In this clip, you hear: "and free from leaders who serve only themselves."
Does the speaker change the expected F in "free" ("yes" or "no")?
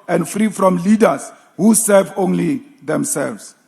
no